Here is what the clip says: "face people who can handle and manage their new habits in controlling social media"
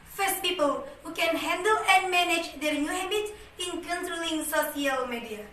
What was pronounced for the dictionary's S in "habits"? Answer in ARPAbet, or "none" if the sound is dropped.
none